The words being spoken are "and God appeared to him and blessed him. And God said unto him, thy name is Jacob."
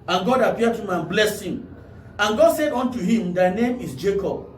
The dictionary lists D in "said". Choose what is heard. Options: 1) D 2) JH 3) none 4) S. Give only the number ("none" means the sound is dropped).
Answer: 1